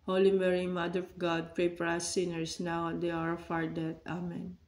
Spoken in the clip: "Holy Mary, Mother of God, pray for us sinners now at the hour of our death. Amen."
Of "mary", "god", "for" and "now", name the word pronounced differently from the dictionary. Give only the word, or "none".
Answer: for